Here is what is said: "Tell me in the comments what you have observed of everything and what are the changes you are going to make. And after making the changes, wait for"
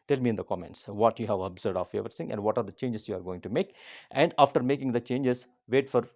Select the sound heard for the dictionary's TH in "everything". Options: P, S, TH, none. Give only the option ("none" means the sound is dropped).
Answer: S